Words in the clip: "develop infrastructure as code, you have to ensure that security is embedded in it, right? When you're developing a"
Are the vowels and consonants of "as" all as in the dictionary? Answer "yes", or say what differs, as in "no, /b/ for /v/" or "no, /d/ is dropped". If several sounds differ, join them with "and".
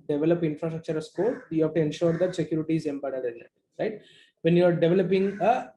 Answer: no, /s/ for /z/